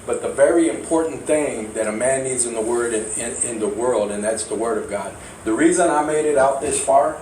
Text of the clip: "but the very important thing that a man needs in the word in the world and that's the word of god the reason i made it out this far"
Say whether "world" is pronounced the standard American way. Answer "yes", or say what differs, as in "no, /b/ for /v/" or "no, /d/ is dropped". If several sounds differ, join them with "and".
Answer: yes